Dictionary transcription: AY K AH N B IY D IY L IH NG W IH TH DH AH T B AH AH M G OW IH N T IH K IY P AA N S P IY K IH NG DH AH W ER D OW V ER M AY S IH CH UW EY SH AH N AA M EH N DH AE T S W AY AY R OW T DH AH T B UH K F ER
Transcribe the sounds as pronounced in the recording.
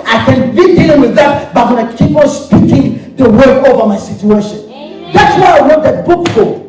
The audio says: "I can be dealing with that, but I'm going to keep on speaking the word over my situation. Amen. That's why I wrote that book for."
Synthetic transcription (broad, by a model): AY K AH N B IY D IY L IH NG W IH DH AH T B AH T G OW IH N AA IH K IY P AA N S P IY K IH NG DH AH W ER OW V ER M AY S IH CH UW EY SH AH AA N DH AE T S W AY AY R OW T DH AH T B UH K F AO